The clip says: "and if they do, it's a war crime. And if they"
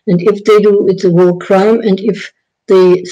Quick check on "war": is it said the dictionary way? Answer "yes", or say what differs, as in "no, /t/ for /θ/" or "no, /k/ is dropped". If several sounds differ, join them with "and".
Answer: no, /l/ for /ɹ/